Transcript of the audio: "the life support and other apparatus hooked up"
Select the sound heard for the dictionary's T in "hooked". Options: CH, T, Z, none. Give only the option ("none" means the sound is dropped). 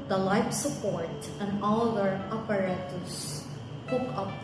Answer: none